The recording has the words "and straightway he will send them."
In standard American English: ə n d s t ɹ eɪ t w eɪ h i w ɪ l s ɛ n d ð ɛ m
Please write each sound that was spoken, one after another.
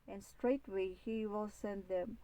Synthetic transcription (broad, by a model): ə n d s t ɹ eɪ t w eɪ h i w ɪ l s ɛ n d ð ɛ m